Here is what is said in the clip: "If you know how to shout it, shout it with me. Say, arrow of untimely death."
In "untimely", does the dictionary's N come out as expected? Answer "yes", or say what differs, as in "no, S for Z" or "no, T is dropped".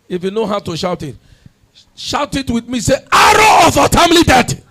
no, N is dropped